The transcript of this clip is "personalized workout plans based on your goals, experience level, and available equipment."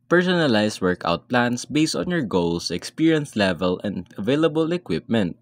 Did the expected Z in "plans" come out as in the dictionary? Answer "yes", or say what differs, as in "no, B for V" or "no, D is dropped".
no, S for Z